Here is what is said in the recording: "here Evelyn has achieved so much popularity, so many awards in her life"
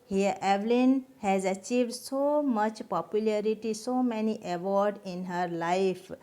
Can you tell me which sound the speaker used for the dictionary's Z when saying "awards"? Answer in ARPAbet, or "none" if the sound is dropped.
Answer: none